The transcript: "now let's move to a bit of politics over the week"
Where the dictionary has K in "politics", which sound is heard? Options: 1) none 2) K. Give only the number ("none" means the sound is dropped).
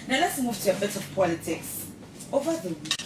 2